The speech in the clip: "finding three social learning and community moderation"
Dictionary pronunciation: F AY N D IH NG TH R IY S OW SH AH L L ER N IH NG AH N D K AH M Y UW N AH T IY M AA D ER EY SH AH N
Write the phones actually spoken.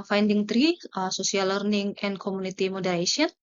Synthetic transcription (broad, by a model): F AY N D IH NG T R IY S OW S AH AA L ER N IH NG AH N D K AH M UW N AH T IY M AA D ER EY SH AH N